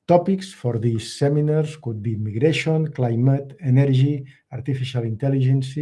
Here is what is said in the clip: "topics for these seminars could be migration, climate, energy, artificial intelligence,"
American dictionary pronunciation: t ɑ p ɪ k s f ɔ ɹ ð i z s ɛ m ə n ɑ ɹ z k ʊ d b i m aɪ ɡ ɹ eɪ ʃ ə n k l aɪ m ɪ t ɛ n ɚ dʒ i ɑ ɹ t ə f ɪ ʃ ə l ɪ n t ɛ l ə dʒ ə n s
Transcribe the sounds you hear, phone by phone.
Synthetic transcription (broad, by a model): t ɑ p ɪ k s f ɔ ɹ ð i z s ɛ m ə n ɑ ɹ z k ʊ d b i m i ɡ ɹ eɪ ʃ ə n k l aɪ m ɪ t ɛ n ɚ ʒ i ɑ ɹ t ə f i ʃ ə l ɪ n t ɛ l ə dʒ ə n s